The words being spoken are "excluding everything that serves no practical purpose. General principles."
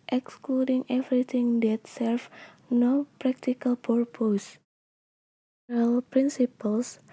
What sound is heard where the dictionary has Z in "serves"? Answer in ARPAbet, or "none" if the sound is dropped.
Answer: none